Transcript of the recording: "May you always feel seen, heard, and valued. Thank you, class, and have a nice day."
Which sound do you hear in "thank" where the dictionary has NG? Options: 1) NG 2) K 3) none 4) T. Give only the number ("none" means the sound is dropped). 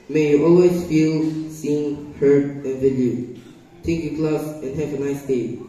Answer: 3